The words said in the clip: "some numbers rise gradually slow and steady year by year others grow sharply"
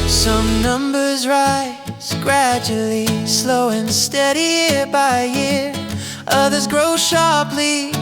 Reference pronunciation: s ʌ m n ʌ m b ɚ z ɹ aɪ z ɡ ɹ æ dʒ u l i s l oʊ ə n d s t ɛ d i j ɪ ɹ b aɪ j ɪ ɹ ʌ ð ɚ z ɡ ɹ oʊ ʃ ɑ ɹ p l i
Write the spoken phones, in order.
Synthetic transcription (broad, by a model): s ʌ m n ʌ m b ɚ z ɹ aɪ z ɡ ɹ æ dʒ u l i s l oʊ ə n s t ɛ d i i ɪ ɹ b aɪ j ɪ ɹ ʌ ð ɚ z ɡ ɹ oʊ ʃ ɑ ɹ p l i